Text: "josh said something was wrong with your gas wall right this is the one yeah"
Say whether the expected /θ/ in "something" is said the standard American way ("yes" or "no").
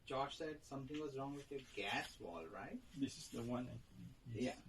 no